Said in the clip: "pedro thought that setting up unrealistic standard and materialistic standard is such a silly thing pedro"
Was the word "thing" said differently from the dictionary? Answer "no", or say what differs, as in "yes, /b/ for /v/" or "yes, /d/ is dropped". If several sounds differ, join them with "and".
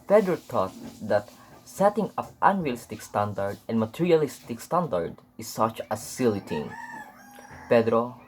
yes, /t/ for /θ/